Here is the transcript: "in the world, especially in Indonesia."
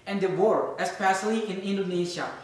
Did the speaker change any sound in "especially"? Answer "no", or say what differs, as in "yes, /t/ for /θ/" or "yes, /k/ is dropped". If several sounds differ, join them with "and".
yes, /s/ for /ʃ/